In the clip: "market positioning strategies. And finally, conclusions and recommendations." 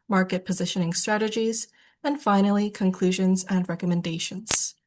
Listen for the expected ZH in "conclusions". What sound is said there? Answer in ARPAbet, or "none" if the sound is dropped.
ZH